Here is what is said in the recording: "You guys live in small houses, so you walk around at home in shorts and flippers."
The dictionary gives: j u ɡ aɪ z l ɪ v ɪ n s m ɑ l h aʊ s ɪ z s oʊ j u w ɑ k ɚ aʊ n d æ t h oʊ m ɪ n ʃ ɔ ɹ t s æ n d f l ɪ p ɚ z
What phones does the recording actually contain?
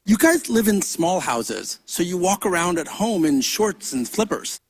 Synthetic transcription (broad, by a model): j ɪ ɡ aɪ z l ɪ v ɪ n s m ɑ l h aʊ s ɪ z s oʊ j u w ɑ k ɚ aʊ n d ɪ t h oʊ m ɪ n ʃ ɔ ɹ t s n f l ɪ p ɚ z